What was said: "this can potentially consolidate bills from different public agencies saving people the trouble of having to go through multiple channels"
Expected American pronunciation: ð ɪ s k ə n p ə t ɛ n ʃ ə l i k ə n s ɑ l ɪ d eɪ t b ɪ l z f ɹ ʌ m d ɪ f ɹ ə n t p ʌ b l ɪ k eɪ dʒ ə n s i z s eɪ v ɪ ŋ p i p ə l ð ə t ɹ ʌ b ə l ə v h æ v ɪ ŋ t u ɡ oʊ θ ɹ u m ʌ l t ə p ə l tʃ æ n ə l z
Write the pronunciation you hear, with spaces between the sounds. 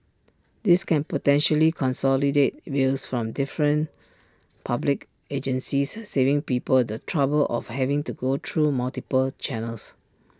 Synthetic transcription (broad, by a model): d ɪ s k ə n p ə t ɛ n ʃ ə l i k ə n s ɑ l ɪ d eɪ t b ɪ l s f ɹ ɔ m d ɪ f ɹ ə n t p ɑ b l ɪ k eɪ dʒ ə n s i s eɪ v ɪ ŋ p i p ə l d ə t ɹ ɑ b ə l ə f h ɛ v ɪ ŋ t u ɡ oʊ t ɹ u m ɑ l t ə p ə l tʃ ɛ n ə l s